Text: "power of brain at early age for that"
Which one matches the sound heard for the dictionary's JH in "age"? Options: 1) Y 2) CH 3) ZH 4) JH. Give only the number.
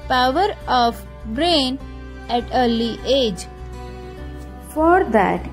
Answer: 4